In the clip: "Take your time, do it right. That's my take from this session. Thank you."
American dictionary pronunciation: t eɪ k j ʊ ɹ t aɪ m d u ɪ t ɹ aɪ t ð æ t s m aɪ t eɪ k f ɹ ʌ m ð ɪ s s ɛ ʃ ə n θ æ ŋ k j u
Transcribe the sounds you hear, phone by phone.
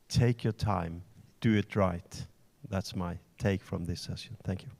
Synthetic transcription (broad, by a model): t eɪ k j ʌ ɹ t aɪ m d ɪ ɪ t ɹ aɪ t ð æ t s m aɪ t eɪ k f ɹ ʌ m ð ɪ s s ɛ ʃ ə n θ æ ŋ k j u